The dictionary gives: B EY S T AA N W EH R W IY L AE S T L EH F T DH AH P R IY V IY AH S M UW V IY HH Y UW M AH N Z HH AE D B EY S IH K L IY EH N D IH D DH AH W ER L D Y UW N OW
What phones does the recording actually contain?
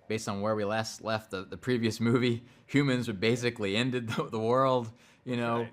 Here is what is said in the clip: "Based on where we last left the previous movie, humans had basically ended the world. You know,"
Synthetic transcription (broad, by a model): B EY S T N W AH R W IY L AE S T L EH F T DH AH P R IY V IY AH S M UW V IY HH Y UW M AH N Z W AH B EY S IH K L IY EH N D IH D DH AH W ER L D Y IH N OW